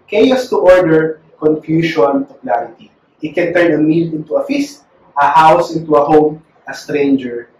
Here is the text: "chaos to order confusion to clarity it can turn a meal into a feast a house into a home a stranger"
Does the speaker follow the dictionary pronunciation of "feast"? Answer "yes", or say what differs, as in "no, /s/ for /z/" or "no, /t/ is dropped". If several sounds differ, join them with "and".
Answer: yes